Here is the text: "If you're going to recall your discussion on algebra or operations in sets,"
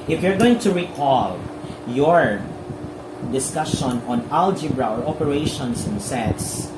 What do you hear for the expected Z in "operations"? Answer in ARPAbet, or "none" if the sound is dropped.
S